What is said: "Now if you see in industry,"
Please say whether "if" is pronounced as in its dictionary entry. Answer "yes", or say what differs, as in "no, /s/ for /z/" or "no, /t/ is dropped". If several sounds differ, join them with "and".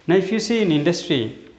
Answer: no, /p/ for /f/